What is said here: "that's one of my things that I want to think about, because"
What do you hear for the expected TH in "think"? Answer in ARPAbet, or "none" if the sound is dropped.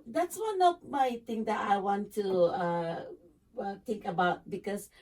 T